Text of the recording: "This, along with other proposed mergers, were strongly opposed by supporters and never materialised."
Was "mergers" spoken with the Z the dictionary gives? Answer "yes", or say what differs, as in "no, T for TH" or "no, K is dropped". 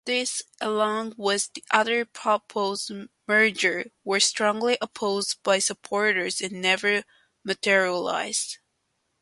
no, Z is dropped